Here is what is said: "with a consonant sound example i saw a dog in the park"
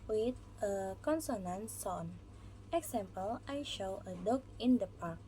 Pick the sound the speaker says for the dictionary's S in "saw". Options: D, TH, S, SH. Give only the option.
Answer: SH